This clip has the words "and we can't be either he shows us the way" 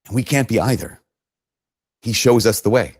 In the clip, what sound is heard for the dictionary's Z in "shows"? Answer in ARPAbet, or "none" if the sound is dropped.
Z